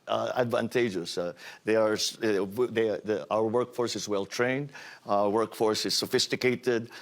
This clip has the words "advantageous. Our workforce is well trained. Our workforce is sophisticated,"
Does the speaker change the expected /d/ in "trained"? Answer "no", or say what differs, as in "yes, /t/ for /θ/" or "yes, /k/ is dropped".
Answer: no